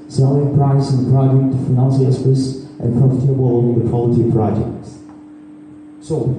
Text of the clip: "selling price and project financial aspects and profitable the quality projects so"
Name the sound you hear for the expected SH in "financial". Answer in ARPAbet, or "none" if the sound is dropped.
S